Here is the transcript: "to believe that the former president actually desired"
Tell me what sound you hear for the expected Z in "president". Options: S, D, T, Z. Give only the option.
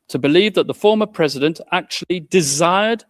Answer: Z